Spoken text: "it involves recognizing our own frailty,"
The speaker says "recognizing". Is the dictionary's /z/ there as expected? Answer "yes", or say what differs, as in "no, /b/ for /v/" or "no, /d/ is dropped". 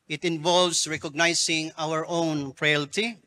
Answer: no, /s/ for /z/